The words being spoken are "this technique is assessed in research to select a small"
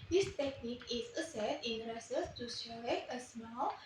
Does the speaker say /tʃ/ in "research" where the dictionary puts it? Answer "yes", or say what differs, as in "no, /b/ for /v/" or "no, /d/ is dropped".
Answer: no, /s/ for /tʃ/